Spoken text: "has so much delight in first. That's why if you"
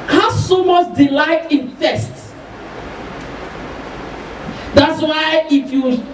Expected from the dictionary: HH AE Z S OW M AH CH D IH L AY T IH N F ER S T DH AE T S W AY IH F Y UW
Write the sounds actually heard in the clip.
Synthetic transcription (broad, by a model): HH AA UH S OW M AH S D IH L AY T IH N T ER S T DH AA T S W AY IH F Y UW